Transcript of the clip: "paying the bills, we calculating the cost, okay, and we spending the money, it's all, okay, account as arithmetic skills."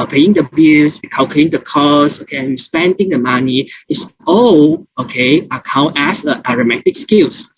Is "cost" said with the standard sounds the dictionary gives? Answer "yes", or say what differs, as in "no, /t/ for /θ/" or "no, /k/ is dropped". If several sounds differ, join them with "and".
no, /t/ is dropped